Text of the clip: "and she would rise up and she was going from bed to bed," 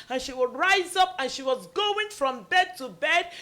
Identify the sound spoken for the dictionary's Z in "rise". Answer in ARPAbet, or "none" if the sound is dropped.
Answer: Z